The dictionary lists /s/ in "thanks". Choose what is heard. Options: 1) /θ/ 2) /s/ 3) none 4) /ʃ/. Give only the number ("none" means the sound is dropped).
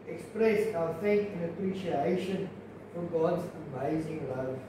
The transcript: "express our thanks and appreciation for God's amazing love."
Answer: 3